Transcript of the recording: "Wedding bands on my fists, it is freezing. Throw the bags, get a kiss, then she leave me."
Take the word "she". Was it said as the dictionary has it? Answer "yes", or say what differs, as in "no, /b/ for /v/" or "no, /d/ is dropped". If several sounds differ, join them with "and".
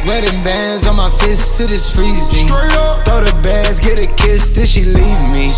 yes